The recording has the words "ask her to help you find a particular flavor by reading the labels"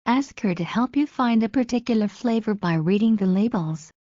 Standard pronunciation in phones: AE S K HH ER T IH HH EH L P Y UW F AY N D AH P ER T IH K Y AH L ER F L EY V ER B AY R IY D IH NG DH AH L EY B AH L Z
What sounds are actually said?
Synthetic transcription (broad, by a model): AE S K HH ER T IH HH EH L P Y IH F AY N D AH P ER T IH K Y L ER F L EY V ER B AY R IY D IH NG DH AH L EY B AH L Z